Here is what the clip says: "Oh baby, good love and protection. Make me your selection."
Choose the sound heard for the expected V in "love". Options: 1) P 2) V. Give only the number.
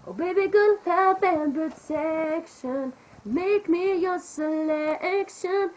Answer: 1